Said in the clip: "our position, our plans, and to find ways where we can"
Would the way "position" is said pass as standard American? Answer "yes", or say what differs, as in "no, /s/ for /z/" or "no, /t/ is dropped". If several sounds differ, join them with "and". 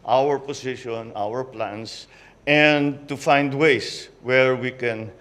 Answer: no, /s/ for /z/